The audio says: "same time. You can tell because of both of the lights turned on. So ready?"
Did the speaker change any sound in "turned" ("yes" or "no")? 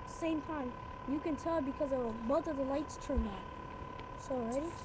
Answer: yes